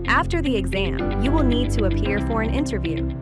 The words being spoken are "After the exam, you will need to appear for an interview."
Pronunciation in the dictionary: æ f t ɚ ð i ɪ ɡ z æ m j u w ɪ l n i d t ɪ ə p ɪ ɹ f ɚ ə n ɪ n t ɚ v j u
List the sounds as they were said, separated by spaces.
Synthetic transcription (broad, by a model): æ f t ɚ ð i ɪ ɡ z æ m j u w ɪ l n i d t ɪ ə p ɪ ɹ f ɚ ə n ɪ n t ɚ v j u